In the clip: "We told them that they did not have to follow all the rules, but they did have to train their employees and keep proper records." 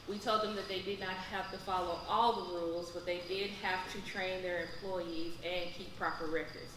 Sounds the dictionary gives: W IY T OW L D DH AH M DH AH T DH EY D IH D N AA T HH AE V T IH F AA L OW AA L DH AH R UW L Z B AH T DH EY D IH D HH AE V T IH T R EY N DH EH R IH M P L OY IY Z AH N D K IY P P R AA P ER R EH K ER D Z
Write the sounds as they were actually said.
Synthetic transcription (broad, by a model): W IY T OW L D DH AH M DH AH T DH EY D IH D N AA T HH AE F T IH F AA L OW AA L DH AH R UW L Z B AH T DH EY D IH D HH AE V T IH T R EY N DH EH R IH M P L OY IY Z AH N K IY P P R AA P ER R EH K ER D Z